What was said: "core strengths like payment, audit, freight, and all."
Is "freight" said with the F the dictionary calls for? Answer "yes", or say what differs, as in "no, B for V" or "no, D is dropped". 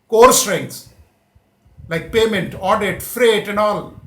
yes